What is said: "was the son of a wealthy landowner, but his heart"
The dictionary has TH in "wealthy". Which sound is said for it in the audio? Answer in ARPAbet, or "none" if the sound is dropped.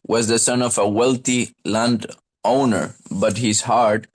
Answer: T